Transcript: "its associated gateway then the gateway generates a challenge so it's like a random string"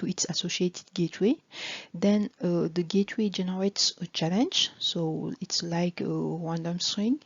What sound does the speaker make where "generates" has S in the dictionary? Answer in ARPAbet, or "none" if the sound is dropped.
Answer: S